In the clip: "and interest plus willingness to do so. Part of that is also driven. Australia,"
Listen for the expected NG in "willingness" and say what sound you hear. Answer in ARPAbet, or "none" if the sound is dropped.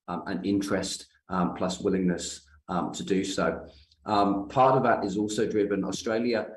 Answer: NG